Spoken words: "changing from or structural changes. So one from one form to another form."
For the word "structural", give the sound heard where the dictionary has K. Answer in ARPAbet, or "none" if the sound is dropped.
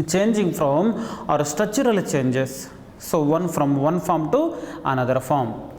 none